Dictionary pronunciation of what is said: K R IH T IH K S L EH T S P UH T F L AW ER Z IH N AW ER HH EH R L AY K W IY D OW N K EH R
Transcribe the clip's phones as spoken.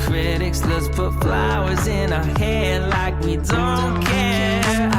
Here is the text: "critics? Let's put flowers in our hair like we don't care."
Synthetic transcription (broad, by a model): K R IH T IH K S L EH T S P UH T F L AW ER Z IH N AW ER HH EH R L AY K W IY D OW N K EH